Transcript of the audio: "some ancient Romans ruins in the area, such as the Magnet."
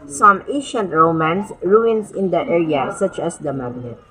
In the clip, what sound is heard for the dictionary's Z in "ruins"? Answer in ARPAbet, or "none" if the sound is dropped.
S